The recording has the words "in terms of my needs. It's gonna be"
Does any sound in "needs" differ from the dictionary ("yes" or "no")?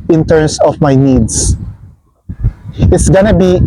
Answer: yes